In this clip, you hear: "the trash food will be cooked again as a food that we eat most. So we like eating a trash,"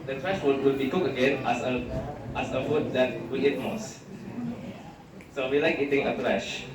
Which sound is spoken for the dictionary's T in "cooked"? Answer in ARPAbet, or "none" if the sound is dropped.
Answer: none